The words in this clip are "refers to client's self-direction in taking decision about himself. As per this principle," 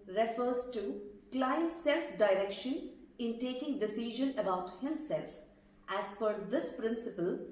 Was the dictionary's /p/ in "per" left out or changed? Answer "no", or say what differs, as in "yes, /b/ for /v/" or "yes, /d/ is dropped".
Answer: yes, /f/ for /p/